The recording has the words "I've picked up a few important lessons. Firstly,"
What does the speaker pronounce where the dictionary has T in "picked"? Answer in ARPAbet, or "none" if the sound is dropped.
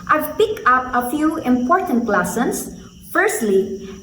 none